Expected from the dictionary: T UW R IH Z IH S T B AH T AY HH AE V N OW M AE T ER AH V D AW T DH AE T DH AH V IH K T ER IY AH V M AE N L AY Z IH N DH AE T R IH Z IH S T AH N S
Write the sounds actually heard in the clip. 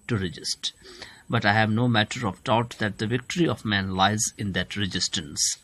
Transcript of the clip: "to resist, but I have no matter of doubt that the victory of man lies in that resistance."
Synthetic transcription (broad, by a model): T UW R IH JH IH S T B AH T AY HH AE V N OW M AE T ER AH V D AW T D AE T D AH V IH K T ER IY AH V M AE N L AY Z IH N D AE T R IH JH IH S T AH N S